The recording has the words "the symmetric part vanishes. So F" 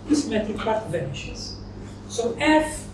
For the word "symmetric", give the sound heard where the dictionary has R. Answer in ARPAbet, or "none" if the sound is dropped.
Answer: none